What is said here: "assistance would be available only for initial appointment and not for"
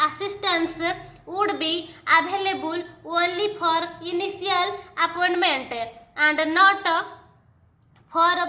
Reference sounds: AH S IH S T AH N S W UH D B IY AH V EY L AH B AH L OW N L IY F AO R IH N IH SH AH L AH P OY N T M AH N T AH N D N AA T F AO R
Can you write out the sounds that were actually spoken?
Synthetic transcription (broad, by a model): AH S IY S T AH N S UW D B IY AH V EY L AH B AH L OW L IY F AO R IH N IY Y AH L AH P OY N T M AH N T AH N D N AA T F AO R